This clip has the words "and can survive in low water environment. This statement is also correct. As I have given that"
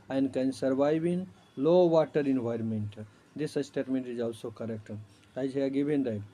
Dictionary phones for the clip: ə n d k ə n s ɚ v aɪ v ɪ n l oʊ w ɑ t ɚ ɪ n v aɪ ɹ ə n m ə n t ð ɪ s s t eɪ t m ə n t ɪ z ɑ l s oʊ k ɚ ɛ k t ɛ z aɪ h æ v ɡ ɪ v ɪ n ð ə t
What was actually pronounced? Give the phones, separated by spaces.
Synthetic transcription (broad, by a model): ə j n k ə n s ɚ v aɪ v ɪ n l oʊ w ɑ t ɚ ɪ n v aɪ ɹ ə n m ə n t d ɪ s s t eɪ t m ə n t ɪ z ɑ l s oʊ k ɚ ɛ k t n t aɪ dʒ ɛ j ɡ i b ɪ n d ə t